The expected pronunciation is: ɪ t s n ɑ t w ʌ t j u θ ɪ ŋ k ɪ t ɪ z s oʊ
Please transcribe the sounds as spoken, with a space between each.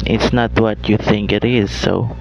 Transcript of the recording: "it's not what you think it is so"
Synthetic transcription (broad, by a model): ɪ t s n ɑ t w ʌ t j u θ ɪ ŋ k ɪ t ɪ z s oʊ